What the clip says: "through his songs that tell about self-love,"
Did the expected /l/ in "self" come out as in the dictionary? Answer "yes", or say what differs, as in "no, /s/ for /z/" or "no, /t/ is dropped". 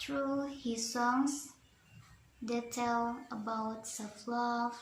no, /l/ is dropped